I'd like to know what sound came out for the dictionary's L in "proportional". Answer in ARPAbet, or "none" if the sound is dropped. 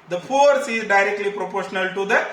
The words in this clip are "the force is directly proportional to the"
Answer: L